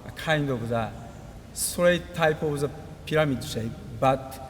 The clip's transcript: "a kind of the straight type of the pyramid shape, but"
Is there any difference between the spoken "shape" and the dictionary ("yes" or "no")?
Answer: yes